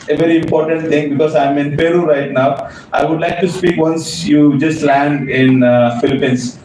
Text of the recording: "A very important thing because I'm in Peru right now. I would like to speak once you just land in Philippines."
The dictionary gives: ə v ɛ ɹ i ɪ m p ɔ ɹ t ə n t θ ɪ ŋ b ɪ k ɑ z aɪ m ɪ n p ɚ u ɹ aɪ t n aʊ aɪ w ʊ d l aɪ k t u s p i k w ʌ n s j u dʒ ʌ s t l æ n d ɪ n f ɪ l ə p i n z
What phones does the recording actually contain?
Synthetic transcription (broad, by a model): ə v ɛ ɹ i ɪ m p ɔ ɹ t ə n t t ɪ ŋ b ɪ k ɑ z aɪ m ɪ n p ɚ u ɹ aɪ t n aʊ aɪ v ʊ d l aɪ k t u s p i k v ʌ n s j u dʒ ʌ s t l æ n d ɪ n f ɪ l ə p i n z